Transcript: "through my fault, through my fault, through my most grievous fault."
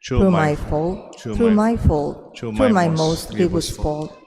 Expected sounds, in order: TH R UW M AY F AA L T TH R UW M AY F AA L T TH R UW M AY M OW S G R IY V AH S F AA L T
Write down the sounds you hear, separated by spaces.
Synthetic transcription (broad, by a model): R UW M AY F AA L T R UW M AY F AA L T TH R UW M AY M OW S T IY W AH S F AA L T